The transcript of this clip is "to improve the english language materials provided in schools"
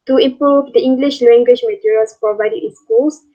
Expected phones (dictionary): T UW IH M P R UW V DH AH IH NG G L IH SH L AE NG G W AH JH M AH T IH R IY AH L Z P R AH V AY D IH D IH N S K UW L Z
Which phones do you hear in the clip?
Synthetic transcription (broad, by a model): T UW IH M P R UW V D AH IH NG G L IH SH L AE NG G W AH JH M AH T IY R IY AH L S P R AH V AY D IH IH N S K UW L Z